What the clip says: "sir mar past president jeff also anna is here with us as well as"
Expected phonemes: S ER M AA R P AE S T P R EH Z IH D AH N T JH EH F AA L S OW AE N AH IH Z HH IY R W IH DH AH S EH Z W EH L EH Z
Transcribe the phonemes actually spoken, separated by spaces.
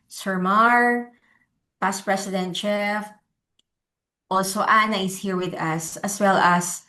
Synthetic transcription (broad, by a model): S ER M AA R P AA S P R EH S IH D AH N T CH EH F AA L S OW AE N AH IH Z HH IY R W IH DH AH S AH S W EH L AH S